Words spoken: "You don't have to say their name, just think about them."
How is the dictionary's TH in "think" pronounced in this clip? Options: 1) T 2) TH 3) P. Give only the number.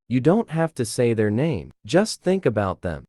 2